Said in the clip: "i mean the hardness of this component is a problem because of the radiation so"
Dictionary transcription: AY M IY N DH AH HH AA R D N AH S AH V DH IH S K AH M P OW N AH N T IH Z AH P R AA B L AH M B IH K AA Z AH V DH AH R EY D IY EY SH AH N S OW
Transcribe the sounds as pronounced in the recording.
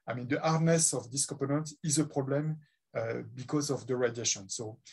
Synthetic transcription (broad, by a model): AY M IY N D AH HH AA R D N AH S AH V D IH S K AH P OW N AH N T IH Z AH P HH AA B L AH M B IH K AA Z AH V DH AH R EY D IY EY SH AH N S OW